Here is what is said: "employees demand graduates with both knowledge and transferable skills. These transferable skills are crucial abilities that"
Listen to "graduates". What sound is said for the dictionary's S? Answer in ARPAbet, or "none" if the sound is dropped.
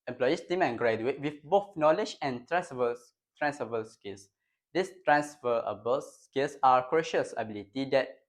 none